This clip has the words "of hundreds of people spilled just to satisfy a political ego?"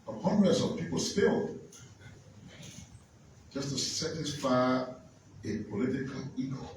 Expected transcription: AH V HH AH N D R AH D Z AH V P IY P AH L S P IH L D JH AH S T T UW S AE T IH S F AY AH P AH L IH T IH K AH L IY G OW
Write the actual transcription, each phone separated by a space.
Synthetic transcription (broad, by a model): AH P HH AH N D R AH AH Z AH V P IY P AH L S F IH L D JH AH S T T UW S AE T IH S F AY AH P AH L IH T IH K AH L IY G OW